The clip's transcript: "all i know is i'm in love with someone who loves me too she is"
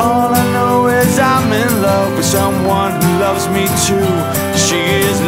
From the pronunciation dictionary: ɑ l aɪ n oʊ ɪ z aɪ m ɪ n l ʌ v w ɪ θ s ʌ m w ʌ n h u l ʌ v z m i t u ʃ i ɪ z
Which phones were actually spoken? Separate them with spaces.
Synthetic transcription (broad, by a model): ɑ l aɪ n oʊ ɪ z aɪ m ɪ n l ʌ v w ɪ s ʌ m w ʌ n h u l ʌ v z m i t u ʃ i ɪ z